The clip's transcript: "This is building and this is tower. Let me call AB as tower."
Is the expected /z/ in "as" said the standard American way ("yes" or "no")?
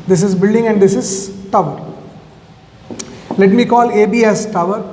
no